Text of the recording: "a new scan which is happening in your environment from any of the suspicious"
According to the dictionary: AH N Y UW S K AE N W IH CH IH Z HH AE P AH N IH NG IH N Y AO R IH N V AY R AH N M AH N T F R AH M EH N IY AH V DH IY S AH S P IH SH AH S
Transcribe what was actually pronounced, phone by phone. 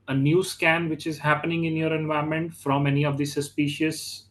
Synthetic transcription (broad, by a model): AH N Y UW S K AE N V IH CH IH Z HH AE P AH N IH NG IH N Y AO R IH N V AY AH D M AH N T F R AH M EH N IY AH V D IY S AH S P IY SH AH S